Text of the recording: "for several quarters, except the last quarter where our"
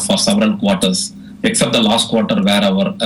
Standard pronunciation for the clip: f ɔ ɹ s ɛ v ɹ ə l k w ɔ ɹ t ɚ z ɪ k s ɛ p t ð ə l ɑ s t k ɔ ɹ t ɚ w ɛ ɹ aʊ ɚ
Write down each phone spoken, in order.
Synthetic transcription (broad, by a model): f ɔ ɹ s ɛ v ɹ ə n k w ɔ ɹ t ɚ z ɪ k s ɛ p t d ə l ɑ s t k ɔ ɹ t ɚ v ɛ ɹ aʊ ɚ